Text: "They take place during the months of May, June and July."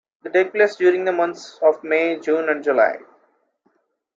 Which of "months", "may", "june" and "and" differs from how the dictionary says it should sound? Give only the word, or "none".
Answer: months